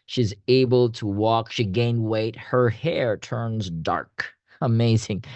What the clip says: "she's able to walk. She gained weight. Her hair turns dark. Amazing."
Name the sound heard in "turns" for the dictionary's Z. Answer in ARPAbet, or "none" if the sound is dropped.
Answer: Z